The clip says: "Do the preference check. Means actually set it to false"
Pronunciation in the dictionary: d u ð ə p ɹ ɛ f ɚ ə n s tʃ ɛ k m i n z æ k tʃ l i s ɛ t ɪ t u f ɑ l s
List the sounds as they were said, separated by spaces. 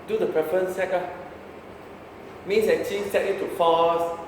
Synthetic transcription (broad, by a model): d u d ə p ɹ ɛ f ɚ ə n s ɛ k m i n s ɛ tʃ i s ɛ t ɪ t u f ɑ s